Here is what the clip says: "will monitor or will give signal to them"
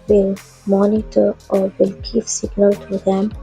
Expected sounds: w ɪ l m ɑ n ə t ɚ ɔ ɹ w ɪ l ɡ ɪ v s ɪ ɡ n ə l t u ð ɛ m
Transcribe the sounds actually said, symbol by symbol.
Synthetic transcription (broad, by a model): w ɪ l m ɑ n ə t ɚ ɔ ɹ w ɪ l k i p s ɪ ɡ n ə l t u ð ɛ m